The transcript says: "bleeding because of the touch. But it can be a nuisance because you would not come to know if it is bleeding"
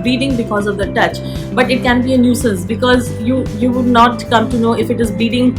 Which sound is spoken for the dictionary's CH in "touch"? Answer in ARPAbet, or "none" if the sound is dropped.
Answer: CH